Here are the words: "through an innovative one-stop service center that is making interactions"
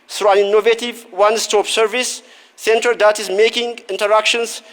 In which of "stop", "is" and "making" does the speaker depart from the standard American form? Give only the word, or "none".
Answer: is